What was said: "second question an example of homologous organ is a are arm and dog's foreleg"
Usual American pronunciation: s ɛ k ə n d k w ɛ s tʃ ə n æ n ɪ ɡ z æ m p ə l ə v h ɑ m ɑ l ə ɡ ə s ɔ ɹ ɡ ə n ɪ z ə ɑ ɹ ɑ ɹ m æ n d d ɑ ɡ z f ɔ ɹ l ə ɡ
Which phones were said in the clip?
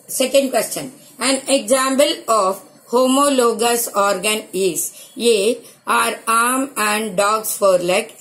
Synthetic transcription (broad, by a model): s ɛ k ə n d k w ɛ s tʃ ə n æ n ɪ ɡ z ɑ m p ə l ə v h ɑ m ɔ l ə ɡ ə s ɔ ɹ ɡ ə n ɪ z ə ɑ ɹ ɑ ɹ m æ n d d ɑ ɡ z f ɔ ɹ l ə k